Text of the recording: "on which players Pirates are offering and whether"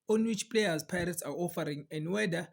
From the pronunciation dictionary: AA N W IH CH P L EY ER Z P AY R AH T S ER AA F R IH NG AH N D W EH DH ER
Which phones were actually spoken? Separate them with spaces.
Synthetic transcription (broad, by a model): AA N W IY CH P L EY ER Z P AY R AH T S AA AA F R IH NG AH N D W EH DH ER